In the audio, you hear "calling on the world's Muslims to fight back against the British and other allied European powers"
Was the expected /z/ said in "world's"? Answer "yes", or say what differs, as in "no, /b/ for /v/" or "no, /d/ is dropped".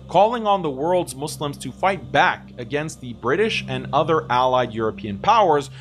yes